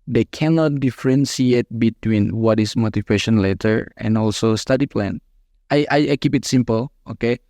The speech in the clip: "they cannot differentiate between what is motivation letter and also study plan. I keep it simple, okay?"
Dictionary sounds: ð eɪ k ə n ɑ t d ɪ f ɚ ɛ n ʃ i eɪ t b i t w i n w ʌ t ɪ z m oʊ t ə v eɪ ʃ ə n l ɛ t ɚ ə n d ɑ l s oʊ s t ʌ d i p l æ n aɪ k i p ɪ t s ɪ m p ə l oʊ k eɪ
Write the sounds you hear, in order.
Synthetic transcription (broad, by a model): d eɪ k ə n ɑ t d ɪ f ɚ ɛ n s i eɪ t b i t w i n w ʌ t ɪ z m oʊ t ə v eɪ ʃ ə n l ɛ t ɚ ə n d ɑ l s oʊ s t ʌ d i p l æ n aɪ k i p ɪ t s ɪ m p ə l oʊ k eɪ